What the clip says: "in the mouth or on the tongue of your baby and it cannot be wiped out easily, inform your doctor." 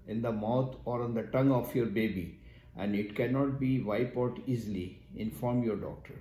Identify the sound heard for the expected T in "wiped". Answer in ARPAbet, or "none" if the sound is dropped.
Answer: none